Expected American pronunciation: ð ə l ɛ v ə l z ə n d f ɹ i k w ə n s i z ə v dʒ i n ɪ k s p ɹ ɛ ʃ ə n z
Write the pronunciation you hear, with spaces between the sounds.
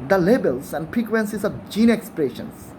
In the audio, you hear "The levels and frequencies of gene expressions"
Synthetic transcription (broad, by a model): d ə l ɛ b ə l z ə n d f ɹ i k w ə n s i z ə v dʒ i n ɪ k s p ɹ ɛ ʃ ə n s